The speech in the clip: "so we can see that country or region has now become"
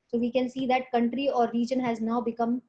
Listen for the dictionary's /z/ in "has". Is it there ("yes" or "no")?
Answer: yes